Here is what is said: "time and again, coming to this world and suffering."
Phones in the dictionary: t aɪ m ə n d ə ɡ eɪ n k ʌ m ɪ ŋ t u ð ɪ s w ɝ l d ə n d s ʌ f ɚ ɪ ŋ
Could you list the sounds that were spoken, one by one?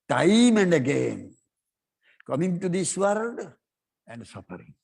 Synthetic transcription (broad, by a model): t aɪ m ə n d ə ɡ eɪ n k ʌ m ɪ ŋ t u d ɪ s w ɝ d ə n d s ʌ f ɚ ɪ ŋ